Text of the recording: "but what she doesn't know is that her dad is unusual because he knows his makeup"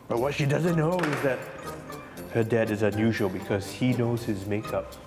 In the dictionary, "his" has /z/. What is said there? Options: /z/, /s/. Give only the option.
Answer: /z/